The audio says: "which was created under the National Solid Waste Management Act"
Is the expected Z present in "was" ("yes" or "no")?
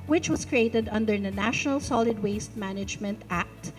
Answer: no